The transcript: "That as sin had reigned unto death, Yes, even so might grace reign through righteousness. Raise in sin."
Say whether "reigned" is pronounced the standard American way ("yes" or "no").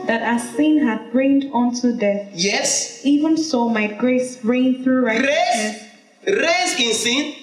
yes